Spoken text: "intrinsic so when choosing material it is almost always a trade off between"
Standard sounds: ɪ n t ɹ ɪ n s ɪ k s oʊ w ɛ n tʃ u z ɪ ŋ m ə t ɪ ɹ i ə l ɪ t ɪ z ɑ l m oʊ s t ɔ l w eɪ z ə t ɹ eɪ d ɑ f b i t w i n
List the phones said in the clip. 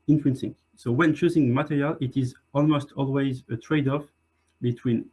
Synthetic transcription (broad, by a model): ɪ n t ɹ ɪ n s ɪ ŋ s oʊ w ɛ n tʃ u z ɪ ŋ m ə t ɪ ɹ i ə l ɪ t ɪ z ɑ l m oʊ s t ɔ l w eɪ z ə t ɹ eɪ d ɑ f b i t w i n